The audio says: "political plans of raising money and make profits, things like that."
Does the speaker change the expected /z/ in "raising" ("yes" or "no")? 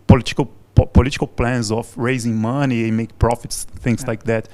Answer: no